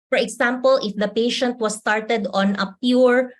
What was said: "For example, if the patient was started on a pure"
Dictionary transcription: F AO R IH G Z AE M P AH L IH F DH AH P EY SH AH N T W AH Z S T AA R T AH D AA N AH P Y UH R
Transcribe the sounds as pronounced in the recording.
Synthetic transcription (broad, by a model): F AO R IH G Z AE M P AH L IH F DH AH P EY SH AH N T W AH S T AA R T AH D AA N AH P Y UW R